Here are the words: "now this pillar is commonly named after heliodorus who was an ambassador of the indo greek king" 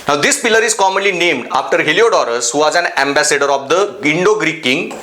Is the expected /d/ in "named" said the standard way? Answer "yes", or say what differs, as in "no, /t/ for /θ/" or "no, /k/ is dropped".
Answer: yes